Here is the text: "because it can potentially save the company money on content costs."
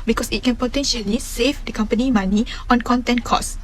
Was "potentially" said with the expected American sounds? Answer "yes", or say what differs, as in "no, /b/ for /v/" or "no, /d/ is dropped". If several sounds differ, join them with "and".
yes